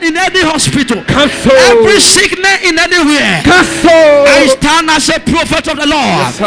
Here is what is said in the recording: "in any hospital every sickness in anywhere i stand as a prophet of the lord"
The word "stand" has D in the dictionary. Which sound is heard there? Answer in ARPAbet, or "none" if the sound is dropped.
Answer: none